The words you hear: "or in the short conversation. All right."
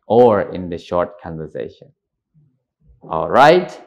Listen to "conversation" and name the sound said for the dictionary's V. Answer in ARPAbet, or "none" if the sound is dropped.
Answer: V